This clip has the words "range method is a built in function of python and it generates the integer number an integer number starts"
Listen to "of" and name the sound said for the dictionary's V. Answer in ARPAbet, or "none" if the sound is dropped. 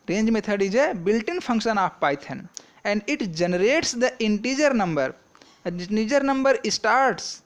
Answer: P